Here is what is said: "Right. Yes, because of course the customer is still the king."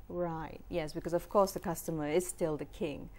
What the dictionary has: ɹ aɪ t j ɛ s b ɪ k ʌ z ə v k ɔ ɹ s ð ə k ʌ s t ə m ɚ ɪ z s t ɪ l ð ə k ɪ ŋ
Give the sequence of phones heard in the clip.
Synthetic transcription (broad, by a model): ɹ aɪ t j ɛ s b ɪ k ʌ z ə v k ɔ ɹ s ð ə k ʌ s t ə m ɚ ɪ z s t ɪ l ð ə k ɪ ŋ